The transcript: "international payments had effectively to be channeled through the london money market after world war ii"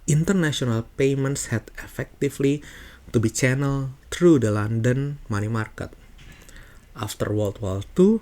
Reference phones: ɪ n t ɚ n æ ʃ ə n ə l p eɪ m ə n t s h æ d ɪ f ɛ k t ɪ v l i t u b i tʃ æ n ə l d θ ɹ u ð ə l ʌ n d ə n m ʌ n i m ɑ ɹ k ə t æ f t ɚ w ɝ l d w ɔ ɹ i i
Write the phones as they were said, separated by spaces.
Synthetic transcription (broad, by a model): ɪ n t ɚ n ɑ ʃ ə n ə l p eɪ m ə n t s h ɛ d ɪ f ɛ k t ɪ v l i t u b i tʃ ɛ n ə l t ɹ u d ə l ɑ n d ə n m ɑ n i m ɑ ɹ k ə t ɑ f t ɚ w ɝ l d w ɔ l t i